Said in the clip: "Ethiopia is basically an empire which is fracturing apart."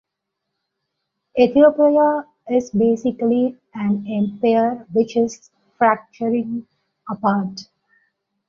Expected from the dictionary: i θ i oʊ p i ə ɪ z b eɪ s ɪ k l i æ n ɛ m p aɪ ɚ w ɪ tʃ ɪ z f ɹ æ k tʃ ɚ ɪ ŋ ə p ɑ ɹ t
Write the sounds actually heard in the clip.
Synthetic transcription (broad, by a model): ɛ t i oʊ p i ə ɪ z b eɪ s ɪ k l i æ n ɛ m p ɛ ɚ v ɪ tʃ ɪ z f ɹ æ k tʃ ɚ ɪ ŋ ə p ɑ ɹ t